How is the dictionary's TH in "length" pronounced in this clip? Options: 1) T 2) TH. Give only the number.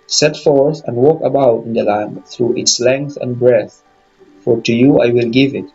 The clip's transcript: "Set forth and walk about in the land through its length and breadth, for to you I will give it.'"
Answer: 2